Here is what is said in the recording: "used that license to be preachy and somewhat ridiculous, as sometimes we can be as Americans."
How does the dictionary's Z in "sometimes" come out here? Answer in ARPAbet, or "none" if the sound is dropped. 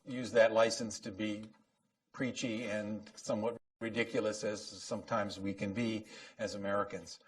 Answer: Z